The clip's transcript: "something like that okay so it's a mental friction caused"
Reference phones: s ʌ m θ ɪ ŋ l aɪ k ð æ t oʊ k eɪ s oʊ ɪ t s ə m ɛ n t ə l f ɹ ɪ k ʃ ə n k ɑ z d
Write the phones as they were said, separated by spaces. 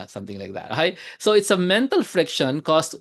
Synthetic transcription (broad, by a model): s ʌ m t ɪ ŋ l aɪ k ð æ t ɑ ɪ s oʊ ɪ t s ə m ɛ n t ə l f ɹ ɪ k ʃ ə n k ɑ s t